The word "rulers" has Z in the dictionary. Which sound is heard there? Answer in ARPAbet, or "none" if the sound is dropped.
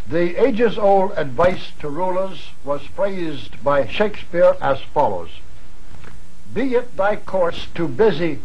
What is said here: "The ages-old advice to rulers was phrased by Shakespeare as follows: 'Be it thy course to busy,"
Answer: Z